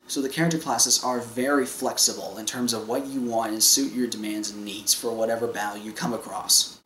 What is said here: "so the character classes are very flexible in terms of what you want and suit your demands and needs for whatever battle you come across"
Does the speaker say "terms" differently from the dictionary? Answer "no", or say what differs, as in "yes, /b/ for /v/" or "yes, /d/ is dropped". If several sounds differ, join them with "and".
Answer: no